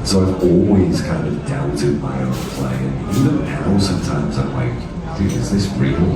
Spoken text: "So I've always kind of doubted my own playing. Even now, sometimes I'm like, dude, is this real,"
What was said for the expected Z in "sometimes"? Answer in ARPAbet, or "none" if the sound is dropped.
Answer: Z